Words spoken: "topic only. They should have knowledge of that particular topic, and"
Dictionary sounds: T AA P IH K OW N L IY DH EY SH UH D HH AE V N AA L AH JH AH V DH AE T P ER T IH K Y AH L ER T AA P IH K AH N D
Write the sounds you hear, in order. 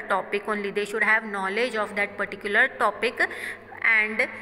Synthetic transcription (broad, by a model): T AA P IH K OW N L IY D EY SH UH D HH AE V N AA L AH JH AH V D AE T P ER T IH K Y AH L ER T AA P IH K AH N D